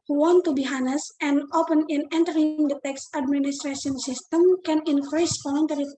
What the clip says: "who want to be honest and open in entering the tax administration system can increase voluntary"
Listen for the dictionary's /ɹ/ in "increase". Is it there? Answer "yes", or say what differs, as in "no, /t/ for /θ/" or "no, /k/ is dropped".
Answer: yes